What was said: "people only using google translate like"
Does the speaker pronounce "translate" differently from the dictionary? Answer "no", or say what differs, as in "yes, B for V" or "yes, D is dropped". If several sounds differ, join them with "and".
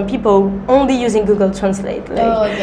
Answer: no